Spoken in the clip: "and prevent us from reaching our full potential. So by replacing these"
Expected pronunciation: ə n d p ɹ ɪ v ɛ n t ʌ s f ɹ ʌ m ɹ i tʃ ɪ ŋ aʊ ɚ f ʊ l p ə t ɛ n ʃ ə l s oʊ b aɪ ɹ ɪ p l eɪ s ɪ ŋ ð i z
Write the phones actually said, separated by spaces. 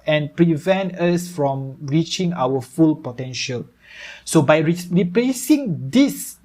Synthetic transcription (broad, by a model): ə n p ɹ ɪ v ɛ n t ʌ s f ɹ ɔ m ɹ i tʃ ɪ ŋ aʊ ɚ f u l p ə t ɛ n ʃ ə l s oʊ b aɪ ɹ ɪ p l eɪ s ɪ ŋ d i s